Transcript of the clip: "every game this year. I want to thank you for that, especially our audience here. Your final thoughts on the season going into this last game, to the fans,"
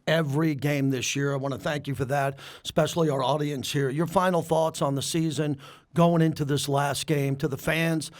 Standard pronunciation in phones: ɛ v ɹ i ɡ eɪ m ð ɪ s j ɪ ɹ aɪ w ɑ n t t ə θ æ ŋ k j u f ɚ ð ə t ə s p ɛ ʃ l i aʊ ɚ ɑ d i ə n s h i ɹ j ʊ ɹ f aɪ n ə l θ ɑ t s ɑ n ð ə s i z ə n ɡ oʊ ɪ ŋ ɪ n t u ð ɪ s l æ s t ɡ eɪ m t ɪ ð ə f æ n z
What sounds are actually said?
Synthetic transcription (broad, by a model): ɛ v ɹ i ɡ eɪ m ð ɪ s j ɪ ɹ aɪ w ɑ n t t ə θ æ ŋ k j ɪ f ɚ ð ə t s p ɛ ʃ l i aʊ ɚ ɑ d i ə n s h i ɹ j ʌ ɹ f aɪ n l θ ɑ t s n ð ə s i z ə n ɡ oʊ ɪ ŋ ɪ n t u ð ɪ s l æ s t ɡ eɪ m t ɪ ð ə f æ n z